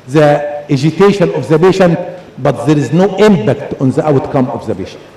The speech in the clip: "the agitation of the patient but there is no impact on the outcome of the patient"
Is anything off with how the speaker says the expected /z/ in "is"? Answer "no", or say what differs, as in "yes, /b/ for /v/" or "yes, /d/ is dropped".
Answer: no